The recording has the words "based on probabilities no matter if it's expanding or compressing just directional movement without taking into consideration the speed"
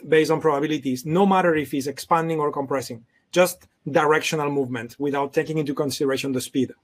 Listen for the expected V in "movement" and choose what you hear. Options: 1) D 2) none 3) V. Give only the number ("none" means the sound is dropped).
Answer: 3